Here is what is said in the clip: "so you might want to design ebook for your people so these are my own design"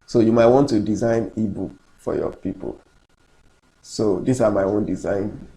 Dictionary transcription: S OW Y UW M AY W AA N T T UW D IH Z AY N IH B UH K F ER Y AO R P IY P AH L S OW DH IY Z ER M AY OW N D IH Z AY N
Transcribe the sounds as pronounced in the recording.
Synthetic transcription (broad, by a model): S OW Y UW M AY W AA N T T UW D IH Z AY N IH B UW K F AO Y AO P IY P AH L S OW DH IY S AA M AY OW N D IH Z AY N